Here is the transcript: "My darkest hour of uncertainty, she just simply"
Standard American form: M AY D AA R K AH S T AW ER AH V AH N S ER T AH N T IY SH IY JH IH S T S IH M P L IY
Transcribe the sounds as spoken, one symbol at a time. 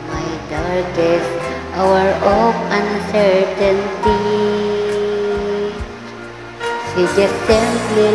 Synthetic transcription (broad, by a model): M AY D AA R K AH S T AW ER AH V AH N S ER T AH N T IY S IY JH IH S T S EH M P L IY